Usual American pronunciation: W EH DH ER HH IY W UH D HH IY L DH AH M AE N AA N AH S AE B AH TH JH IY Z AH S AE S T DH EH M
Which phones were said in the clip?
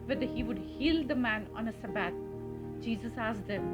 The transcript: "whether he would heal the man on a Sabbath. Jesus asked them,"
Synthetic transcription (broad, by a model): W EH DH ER HH IY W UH D HH IY L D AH M AE N AA N AH S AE B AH T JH IY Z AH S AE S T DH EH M